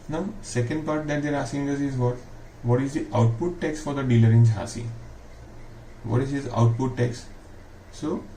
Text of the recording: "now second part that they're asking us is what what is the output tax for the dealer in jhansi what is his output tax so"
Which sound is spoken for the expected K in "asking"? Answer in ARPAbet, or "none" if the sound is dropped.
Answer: none